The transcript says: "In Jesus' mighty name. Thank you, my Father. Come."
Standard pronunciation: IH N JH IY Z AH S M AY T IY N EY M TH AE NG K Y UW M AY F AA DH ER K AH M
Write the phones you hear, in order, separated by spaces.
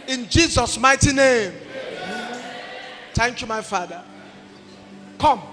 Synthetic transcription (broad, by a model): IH N JH IY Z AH S M AY T IY N EY M T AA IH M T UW M AY F AA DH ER K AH M